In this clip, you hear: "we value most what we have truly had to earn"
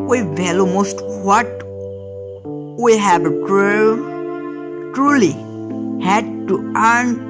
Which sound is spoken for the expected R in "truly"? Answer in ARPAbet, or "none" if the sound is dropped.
R